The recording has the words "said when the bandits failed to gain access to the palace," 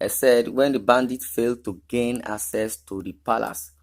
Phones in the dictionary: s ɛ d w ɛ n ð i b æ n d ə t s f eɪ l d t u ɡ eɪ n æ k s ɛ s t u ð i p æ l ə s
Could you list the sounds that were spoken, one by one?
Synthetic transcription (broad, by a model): s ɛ d w ɛ n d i b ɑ n d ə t f eɪ l d t u ɡ eɪ n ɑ k s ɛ s t u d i p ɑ l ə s